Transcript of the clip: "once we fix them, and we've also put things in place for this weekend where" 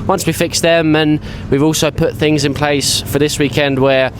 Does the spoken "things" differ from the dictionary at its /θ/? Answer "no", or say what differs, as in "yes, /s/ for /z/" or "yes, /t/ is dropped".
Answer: no